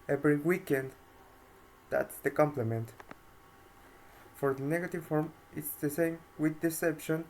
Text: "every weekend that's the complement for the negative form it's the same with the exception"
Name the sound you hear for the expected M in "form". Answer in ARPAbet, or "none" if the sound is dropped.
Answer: M